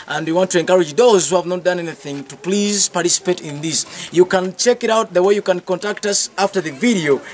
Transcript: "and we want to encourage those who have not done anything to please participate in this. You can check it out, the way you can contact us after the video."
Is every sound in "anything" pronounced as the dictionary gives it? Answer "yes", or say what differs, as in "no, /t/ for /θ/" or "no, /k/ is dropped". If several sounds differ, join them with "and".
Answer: yes